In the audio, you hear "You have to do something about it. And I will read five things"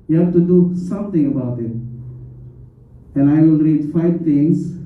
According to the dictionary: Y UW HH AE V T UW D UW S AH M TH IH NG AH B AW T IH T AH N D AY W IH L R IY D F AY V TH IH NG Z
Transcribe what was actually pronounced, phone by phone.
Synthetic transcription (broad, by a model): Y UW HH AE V T UW D UW S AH M T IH NG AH B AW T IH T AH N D AY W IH L R IY D F AY V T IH NG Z